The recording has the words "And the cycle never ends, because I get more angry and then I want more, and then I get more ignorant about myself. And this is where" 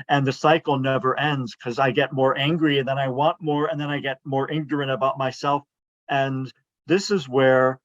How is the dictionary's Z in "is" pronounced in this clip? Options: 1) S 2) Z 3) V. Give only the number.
2